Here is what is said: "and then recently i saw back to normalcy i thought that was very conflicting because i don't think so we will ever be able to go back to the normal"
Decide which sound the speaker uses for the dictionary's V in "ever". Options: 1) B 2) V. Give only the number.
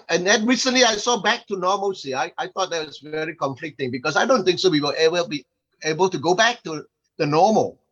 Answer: 1